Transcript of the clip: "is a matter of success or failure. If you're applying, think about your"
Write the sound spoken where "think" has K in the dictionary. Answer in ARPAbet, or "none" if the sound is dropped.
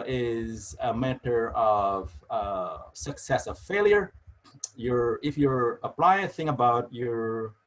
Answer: none